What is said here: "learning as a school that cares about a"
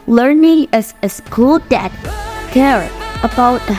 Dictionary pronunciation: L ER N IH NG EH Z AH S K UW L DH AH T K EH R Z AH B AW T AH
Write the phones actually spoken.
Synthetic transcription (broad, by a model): L ER N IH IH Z AH S K UW L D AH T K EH R AH B AW T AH